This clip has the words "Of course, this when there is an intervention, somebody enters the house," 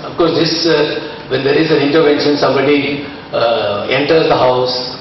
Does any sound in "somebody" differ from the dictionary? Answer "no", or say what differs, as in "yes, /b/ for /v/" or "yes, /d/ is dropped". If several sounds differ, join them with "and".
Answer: no